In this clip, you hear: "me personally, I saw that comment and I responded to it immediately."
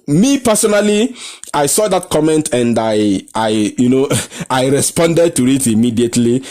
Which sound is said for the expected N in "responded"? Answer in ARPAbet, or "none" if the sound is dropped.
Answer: N